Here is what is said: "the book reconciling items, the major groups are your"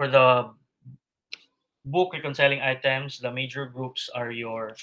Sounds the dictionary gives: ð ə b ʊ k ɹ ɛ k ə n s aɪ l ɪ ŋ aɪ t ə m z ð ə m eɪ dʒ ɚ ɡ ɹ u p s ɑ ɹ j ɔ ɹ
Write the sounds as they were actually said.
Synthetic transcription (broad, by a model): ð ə b ʊ k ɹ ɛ k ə n s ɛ l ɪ ŋ aɪ t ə m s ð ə m eɪ dʒ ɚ ɡ ɹ u p s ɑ ɹ j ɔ ɹ